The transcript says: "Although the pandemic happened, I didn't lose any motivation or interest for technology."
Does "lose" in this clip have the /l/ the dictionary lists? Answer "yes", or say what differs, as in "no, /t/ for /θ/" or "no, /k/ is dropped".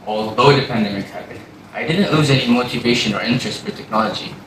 yes